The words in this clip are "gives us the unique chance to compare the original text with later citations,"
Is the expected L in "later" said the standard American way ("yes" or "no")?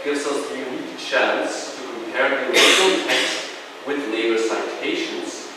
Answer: no